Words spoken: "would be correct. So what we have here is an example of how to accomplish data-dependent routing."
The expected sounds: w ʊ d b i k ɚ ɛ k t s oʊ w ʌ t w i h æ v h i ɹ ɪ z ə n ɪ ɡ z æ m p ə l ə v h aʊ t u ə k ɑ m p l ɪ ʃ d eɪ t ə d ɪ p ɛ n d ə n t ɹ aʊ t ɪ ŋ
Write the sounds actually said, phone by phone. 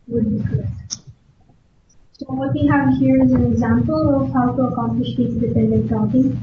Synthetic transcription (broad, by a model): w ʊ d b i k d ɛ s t s oʊ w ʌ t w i h æ v h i ɹ ɪ z ə n ɪ ɡ z æ m p ə l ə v h aʊ t u ə k ɑ m p l ɪ ʃ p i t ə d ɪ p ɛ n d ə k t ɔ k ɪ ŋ